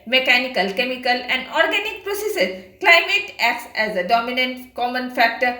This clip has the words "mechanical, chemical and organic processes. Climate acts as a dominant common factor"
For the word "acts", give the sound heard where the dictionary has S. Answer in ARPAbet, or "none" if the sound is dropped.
S